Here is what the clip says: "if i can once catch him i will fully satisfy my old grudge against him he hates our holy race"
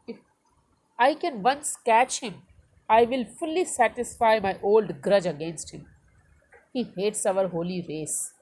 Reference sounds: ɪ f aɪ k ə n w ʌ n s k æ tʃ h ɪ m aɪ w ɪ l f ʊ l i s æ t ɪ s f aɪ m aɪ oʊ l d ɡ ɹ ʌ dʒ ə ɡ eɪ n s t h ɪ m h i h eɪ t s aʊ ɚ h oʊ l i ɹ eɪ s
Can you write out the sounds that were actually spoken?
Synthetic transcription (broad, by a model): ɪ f aɪ k ə n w ʌ n s k æ tʃ h ɪ m aɪ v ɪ l f ʊ l i s æ t ɪ s f aɪ m aɪ oʊ l d ɡ ɹ ʌ dʒ ə ɡ eɪ n s t h ɪ m h i h eɪ t s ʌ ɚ h oʊ l i ɹ eɪ s